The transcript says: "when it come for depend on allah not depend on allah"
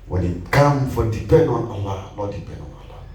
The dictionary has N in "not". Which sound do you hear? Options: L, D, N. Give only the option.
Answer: L